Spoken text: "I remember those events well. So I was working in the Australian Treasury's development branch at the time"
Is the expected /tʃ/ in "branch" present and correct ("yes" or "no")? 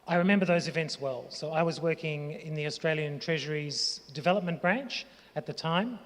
yes